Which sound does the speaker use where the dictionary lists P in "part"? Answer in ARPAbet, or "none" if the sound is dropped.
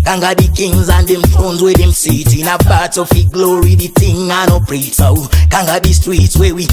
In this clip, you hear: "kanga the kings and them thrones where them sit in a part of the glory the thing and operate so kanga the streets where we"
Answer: B